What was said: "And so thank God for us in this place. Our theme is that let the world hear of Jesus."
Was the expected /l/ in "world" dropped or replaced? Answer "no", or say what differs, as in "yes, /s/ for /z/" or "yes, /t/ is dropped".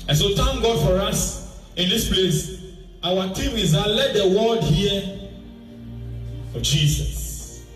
yes, /l/ is dropped